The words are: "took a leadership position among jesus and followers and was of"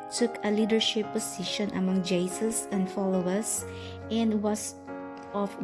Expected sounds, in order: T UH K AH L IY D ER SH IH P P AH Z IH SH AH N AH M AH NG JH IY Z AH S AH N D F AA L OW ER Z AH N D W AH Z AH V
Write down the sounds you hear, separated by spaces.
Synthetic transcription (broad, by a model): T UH K AH L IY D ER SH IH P P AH S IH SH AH N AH M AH NG JH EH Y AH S AH N D F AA L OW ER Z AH N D W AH S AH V